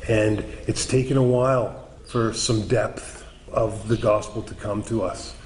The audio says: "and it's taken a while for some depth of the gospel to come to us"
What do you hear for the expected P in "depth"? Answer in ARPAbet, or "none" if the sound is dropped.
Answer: P